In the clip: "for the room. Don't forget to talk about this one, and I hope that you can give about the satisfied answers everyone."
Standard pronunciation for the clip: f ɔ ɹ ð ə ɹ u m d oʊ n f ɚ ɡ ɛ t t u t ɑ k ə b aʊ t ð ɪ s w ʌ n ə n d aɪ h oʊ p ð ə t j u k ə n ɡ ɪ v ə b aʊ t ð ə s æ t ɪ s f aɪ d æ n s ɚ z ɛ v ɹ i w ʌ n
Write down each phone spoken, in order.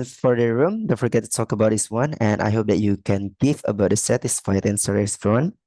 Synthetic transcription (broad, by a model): f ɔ ɹ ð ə ɹ u m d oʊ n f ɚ ɡ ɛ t t u t ɑ k ə b aʊ t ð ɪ s w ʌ n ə n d aɪ h oʊ p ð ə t j u k ə n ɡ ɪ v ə b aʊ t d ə s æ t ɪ s f aɪ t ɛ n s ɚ ɛ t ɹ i n